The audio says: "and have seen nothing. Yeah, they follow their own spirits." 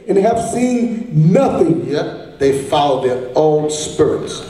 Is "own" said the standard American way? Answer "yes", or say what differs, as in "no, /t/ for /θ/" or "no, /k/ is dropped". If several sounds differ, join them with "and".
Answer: no, /l/ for /n/